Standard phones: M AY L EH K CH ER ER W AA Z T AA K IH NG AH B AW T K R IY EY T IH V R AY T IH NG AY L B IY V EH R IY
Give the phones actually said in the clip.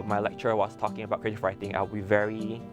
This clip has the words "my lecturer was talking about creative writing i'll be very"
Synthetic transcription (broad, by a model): M AY L EH K CH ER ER W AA S T AA K IH NG AH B AW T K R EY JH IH F R AY T IH NG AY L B IY V EH R IY